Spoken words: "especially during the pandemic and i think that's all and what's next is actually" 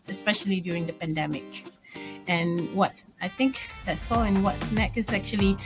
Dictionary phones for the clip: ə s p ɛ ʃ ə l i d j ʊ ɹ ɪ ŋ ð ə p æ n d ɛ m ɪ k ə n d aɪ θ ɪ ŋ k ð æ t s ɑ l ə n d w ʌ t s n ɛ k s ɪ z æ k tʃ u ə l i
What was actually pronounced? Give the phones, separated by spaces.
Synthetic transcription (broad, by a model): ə s p ɛ ʃ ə l i d j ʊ ɹ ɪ ŋ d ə p æ n d ɛ m ɪ k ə n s aɪ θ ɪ ŋ k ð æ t s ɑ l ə n w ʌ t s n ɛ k ɪ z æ k tʃ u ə l i